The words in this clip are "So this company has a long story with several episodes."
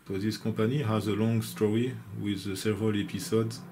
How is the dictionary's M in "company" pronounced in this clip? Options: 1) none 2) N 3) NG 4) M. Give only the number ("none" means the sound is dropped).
1